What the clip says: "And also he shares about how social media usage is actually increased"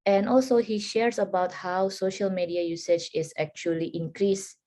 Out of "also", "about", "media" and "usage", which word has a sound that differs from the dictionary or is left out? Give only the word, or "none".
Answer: usage